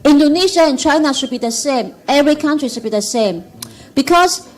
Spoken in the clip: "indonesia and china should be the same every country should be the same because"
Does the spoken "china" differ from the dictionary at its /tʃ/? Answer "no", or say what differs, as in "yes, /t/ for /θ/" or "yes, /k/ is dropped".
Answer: no